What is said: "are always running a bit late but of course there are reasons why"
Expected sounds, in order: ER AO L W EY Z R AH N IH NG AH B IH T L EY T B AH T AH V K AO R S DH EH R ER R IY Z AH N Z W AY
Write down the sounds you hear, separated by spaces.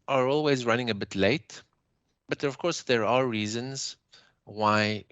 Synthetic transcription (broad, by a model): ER AO L W EY Z R AH N IH NG AH B IH T L EY T B AH T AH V K AO R S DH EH R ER R IY Z AH N Z W AY